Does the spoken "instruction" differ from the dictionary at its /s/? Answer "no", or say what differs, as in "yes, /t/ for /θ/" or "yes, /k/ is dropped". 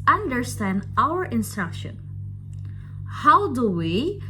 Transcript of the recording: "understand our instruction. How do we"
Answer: no